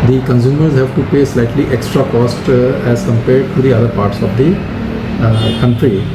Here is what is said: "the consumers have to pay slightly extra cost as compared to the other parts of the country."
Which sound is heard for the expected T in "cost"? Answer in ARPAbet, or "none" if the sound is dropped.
T